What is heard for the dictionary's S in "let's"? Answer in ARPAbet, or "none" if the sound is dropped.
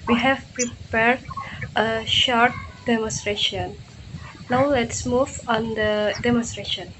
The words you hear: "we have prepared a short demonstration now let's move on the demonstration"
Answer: S